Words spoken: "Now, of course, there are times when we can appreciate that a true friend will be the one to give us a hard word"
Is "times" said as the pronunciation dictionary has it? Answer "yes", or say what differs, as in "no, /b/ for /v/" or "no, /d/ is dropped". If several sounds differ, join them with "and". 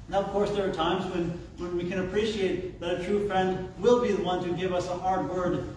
yes